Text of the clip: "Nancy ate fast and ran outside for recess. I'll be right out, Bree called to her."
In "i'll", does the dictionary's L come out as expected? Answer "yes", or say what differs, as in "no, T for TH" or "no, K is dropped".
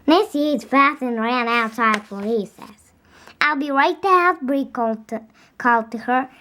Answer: yes